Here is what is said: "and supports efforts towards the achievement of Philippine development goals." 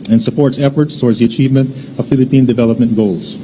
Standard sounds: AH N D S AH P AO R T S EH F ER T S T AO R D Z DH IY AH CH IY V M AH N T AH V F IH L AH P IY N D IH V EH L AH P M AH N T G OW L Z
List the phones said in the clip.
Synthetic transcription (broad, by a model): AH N S AH P AO R T S EH F ER T S T AO R D Z DH IY AH CH IY V M AH N T AH V F IH L AH P IY N D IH V EH L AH P M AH N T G OW L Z